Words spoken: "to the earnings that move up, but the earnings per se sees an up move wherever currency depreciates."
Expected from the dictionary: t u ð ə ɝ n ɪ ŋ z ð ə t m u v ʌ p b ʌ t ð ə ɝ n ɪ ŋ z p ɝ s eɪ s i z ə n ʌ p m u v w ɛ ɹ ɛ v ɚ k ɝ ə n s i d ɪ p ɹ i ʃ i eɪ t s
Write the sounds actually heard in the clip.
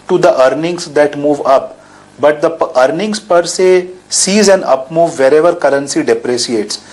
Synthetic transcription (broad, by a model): t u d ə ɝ n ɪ ŋ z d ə t m u v ʌ p b ʌ t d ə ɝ n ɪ ŋ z p ɝ s eɪ s i z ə n ʌ p m u v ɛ ɹ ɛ v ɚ k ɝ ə n s i d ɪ p ɹ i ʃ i eɪ t s